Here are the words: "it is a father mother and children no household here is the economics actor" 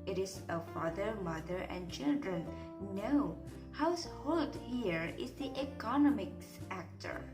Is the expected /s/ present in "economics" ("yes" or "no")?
yes